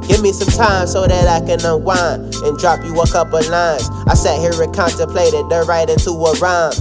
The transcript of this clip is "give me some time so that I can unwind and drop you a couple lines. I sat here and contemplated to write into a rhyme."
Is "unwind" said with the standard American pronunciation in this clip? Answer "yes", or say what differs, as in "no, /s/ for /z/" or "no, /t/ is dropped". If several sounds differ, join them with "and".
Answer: no, /n/ is dropped and /d/ is dropped